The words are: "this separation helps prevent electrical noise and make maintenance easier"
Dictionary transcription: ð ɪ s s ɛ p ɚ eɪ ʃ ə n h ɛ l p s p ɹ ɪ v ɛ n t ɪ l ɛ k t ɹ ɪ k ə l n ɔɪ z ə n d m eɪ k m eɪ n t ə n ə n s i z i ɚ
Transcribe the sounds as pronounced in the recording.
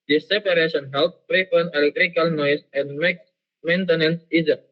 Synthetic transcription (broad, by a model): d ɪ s s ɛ p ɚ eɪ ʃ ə n h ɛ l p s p ɹ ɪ f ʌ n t ɪ l ɛ k t ɹ ɪ k ə l n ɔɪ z ə n d m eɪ k m eɪ n t ə n ə n s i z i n